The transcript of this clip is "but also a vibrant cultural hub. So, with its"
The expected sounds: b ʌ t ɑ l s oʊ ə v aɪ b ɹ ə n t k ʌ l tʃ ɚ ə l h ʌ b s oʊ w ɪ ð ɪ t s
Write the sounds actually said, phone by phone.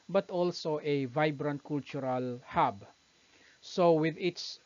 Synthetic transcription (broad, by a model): b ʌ t ɑ l s oʊ ə v aɪ b ɹ ə n t k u l tʃ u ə l h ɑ b s oʊ w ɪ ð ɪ t s